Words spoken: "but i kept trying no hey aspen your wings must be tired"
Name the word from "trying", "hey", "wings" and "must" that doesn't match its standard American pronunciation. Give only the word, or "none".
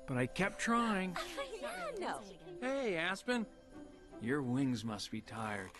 none